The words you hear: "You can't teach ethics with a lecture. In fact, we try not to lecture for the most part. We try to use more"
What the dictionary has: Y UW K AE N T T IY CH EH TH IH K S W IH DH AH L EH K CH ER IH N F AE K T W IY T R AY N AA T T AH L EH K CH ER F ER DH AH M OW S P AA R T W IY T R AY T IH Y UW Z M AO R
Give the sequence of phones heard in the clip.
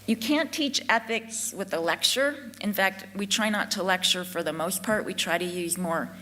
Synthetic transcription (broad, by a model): Y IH K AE N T T IY CH EH TH IH K S W IH DH AH L EH K CH ER IH N F AE K T W IY T R AY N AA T T AH L EH K CH ER F ER DH AH M OW S P AA R T W IY T R AY T IH Y UW Z M AO R